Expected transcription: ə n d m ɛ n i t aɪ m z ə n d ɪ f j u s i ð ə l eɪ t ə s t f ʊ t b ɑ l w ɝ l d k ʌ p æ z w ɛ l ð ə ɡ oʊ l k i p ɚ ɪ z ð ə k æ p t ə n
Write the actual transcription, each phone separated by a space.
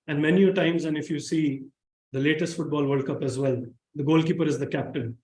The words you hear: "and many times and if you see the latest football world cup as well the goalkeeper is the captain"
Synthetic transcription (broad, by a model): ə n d m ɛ n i t aɪ m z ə n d ɪ f j u s i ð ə l eɪ t ə s t f ʊ t b ɑ l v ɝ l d k ʌ p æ z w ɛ l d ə ɡ oʊ l k i p ɚ ɪ z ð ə k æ p t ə n